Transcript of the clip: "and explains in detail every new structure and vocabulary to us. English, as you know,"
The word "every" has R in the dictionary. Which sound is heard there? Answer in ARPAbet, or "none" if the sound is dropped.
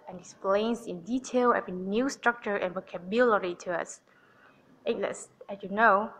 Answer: none